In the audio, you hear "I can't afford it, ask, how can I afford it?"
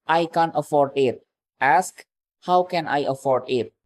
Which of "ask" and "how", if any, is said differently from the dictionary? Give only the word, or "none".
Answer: none